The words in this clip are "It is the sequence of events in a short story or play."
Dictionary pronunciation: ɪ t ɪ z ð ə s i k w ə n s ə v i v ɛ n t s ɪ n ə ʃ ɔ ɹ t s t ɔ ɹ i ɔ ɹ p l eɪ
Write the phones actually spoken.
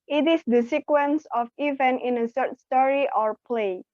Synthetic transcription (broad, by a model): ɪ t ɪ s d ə s i k w ə n s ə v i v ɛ n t ɪ n ə s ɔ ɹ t s t ɔ ɹ i ɔ ɹ p l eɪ